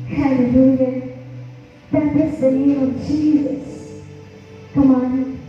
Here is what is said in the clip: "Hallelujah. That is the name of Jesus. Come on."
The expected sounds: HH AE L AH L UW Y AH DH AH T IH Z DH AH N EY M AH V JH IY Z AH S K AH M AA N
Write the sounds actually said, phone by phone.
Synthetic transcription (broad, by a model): HH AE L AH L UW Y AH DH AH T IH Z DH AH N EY AH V JH IY Z AH S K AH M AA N